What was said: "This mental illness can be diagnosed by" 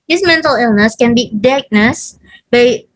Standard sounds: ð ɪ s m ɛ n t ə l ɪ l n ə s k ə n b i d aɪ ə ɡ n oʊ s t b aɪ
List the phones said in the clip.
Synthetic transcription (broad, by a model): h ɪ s m ɛ n t ə l ɪ l n ə s k ə n b i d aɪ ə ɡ n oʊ s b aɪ